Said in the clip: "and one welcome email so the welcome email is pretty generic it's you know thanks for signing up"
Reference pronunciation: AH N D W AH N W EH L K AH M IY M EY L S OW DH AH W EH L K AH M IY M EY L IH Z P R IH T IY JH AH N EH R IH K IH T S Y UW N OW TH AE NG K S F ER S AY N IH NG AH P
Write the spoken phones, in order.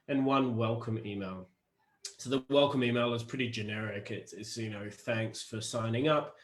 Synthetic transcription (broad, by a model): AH N W AH N W EH L K AH M IY M EY L S OW DH AH W EH L K AH M IY M EY L IH Z P R IH T IY JH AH N EH R IH K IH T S Y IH N OW TH AE NG K S F ER S AY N IH NG AH P